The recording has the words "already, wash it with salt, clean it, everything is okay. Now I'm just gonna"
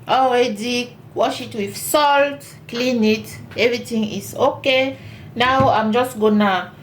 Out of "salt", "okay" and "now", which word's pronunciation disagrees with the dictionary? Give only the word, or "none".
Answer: none